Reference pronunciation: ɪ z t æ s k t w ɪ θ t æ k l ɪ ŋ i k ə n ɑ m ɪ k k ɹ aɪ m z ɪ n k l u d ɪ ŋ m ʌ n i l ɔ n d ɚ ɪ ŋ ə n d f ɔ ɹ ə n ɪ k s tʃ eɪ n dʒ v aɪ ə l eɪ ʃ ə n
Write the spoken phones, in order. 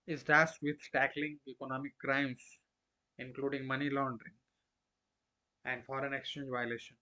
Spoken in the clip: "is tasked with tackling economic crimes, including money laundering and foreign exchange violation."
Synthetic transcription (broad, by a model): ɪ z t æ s t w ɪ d t æ k l ɪ ŋ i k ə n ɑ m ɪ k k ɹ aɪ m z ɪ n k l u d ɪ ŋ m ʌ n i l ɔ n d ɚ ɪ ŋ ə n d f ɔ ɹ ə n ɪ k s tʃ eɪ n dʒ v aɪ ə l eɪ ʃ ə n